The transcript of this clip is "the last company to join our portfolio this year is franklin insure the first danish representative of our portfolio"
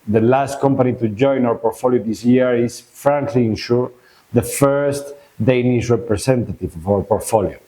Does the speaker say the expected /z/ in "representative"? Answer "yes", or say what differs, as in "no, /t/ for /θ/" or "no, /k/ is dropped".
no, /s/ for /z/